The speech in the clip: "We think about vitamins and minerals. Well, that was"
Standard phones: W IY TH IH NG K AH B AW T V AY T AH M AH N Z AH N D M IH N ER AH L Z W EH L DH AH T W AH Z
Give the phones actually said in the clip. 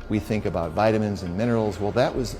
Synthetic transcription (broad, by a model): W IY TH IH NG K AH B AW T V AY T AH M AH N Z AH N M IH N ER L Z W EH L DH AH T W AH Z